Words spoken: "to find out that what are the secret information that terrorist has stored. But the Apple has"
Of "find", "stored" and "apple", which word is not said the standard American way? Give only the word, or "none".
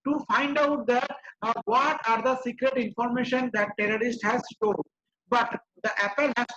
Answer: stored